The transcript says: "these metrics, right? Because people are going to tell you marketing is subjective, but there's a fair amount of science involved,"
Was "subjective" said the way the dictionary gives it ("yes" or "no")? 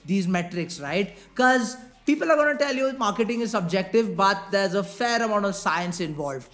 yes